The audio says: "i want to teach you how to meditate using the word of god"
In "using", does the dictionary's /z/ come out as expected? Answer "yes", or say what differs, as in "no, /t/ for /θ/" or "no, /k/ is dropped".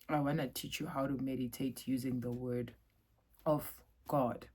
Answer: yes